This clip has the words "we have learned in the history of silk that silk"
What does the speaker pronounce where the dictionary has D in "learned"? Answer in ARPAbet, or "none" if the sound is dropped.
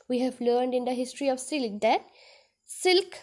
D